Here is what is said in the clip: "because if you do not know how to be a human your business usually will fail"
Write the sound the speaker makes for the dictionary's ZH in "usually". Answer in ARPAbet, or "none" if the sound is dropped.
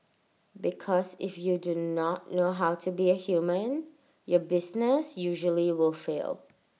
ZH